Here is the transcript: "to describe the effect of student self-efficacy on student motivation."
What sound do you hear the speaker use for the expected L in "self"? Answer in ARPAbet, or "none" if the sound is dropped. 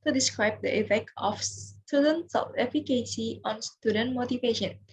none